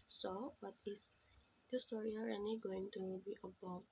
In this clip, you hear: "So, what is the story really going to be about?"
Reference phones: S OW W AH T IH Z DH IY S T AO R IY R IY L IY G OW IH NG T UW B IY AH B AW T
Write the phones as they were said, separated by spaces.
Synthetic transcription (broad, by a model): S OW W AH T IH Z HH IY S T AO R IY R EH N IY G OW IH NG T UW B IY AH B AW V